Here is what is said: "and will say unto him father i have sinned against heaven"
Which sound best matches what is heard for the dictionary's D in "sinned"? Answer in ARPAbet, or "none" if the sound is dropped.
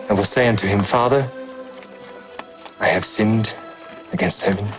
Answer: D